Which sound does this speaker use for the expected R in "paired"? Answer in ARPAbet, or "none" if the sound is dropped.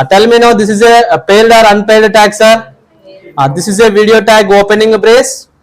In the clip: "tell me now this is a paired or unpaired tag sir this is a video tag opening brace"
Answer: L